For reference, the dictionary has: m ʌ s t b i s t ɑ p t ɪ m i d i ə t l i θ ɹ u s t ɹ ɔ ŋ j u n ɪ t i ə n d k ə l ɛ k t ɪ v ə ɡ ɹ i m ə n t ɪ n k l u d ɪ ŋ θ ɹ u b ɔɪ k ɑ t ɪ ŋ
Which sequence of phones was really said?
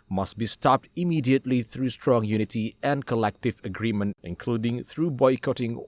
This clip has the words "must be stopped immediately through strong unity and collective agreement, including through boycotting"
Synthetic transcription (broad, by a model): m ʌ s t b i s t ɑ p t ɪ m i d i ə t l i θ ɹ u s t ɹ ɔ ŋ j u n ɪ t i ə n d k ə l ɛ k t ɪ v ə ɡ ɹ i m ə n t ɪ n k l u d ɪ ŋ θ ɹ u b ɔɪ k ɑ t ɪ ŋ